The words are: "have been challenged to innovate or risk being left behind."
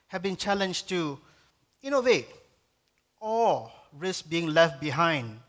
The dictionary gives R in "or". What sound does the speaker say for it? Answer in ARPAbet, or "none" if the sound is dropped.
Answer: L